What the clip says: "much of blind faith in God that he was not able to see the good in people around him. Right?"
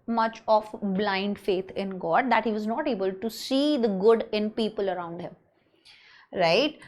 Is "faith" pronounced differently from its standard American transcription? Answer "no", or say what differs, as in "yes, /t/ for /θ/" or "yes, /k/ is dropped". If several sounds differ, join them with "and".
yes, /t/ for /θ/